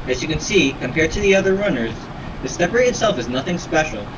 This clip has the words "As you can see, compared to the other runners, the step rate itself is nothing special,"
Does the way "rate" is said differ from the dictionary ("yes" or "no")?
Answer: yes